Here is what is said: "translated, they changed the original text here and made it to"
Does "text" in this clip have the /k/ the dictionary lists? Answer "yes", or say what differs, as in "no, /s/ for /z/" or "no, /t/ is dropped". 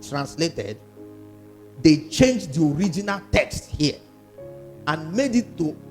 yes